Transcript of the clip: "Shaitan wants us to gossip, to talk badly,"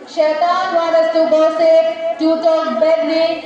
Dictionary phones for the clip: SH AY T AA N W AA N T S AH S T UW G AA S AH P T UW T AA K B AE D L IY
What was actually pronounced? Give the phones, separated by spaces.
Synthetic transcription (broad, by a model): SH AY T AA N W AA T AH S T UW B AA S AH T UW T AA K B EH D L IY